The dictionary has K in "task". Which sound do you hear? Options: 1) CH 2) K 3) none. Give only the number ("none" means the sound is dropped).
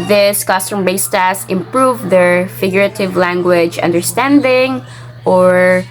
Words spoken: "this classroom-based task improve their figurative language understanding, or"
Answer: 3